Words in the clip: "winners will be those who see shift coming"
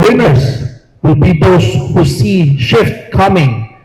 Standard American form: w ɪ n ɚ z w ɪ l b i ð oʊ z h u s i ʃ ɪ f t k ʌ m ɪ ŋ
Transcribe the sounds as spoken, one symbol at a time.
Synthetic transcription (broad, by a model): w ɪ n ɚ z w ɪ l b i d oʊ s h u s i ʃ ɪ f t k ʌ m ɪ ŋ